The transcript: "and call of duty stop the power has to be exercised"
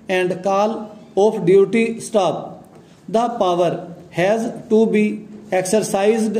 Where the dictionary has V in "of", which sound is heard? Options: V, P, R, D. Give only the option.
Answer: P